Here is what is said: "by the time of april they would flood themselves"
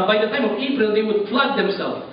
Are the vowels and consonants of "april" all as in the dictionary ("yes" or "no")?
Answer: no